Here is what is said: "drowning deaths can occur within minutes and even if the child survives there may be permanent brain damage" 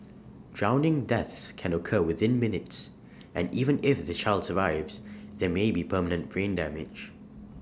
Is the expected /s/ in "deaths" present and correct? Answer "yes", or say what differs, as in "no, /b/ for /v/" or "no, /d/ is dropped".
yes